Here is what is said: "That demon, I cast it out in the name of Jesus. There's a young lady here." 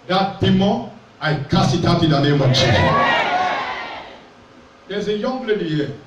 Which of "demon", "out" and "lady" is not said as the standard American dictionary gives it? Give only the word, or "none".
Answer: demon